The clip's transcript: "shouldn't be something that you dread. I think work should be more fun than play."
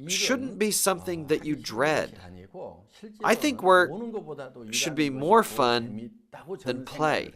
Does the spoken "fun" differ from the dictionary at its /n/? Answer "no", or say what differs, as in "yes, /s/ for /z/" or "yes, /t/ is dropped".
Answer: no